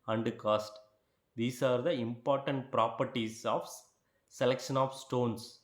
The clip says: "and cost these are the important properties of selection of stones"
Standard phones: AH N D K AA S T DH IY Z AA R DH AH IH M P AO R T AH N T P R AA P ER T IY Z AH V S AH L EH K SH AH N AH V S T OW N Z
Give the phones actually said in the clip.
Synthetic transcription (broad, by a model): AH N D K AA S T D IY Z AA R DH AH IH M P AO R T AH N T P R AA P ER T IY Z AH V S AH L EH K SH AH N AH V S T OW N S